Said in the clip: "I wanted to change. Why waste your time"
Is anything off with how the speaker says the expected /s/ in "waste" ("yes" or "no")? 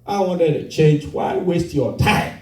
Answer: no